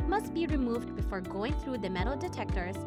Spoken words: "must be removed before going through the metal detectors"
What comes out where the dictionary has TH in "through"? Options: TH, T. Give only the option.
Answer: TH